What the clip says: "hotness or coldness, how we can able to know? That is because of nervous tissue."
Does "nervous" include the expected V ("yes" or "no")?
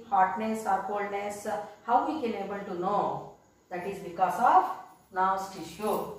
no